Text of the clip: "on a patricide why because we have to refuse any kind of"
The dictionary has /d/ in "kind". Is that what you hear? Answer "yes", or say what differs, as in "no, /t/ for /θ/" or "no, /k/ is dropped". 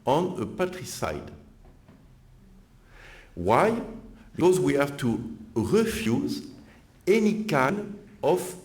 no, /d/ is dropped